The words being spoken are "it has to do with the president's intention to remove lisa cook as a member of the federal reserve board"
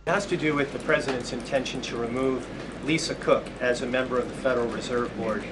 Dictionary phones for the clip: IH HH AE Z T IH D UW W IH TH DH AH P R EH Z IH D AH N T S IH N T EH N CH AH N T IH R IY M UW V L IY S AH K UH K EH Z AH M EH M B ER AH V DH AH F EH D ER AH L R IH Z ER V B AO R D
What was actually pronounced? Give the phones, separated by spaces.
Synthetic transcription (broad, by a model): HH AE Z T IH D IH W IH DH AH P R EH Z IH D AH N T S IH N T EH N SH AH N T IH R IY M UW V L IY S AH K UH K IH Z AH M EH M B ER AH V DH AH F EH D ER L R IH Z ER V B AO R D